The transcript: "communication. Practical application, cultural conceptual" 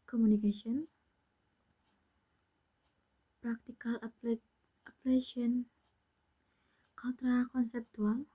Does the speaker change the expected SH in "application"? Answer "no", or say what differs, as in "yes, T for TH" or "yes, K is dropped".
yes, SH is dropped